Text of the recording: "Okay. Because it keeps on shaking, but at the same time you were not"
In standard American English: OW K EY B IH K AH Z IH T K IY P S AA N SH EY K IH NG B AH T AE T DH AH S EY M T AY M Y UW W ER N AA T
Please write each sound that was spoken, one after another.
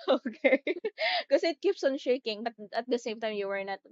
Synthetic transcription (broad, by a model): OW K EY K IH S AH IH T K IY P S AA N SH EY K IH NG B AH T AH T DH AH S EY M T AY M Y UW W ER N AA T